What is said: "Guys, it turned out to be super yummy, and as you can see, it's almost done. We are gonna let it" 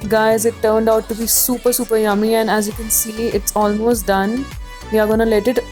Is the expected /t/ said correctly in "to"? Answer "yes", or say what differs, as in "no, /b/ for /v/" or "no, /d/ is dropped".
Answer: no, /s/ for /t/